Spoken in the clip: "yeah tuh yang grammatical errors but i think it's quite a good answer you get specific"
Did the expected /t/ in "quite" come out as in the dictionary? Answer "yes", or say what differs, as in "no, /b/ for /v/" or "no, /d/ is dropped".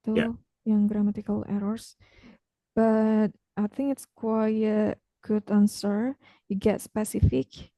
no, /t/ is dropped